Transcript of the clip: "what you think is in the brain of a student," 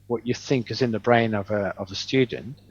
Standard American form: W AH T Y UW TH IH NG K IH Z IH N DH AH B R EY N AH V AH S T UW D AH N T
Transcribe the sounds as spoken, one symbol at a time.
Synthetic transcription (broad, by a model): W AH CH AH TH IH NG K IH Z IH N DH AH B R EY N AH V AH S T UW D N T